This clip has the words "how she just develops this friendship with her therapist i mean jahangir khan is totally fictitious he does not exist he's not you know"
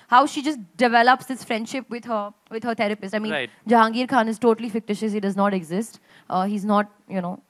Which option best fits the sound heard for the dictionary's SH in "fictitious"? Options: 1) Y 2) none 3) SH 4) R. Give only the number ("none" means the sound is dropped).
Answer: 3